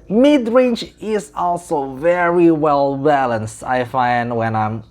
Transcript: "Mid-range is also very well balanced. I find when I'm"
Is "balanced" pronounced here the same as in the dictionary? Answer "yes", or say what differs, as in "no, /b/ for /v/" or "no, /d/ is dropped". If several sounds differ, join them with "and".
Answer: yes